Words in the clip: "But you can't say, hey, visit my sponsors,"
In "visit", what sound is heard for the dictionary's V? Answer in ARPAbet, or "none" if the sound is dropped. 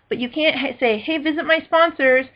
V